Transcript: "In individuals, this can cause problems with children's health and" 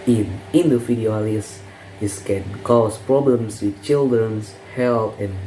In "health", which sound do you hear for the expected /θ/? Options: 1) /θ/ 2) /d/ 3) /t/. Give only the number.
3